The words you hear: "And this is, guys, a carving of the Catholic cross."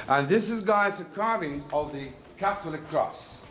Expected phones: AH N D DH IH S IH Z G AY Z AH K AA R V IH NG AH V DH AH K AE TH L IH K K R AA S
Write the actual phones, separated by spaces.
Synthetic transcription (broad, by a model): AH N DH IH S IH Z G AY S AH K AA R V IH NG AH V DH AH K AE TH L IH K K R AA S